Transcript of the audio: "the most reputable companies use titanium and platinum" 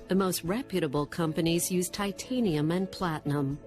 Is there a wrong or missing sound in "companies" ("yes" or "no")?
no